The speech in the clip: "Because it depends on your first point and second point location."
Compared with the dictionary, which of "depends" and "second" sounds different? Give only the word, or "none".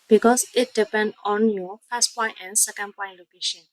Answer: depends